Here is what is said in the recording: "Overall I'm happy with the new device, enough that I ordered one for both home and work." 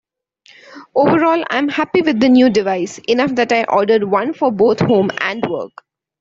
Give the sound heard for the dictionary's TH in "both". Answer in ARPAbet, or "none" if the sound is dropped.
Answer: T